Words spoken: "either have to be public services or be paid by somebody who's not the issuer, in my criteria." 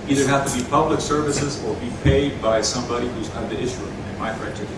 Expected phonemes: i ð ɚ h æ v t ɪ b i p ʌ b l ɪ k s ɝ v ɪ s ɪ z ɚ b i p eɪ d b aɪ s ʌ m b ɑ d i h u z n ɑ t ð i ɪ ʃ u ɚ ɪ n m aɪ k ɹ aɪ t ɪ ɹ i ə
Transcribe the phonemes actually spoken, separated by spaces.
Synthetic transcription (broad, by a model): i ð ɚ h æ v t ɪ b i p ʌ b l ɪ k s ɝ v ɪ s ɪ z ɚ b i p eɪ d b aɪ s ʌ m b ɑ d i h u z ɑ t ð i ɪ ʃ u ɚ ɪ n m aɪ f ɹ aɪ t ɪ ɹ